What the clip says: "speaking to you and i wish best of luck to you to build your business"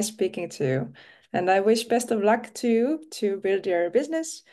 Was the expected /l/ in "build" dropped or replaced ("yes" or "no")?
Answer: no